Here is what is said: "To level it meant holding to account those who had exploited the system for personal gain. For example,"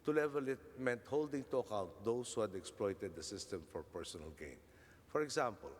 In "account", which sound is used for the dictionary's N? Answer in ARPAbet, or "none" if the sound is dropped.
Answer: none